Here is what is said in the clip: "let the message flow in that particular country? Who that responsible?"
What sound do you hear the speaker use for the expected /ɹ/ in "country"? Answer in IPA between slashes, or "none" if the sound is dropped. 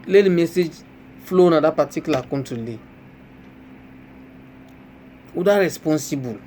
/l/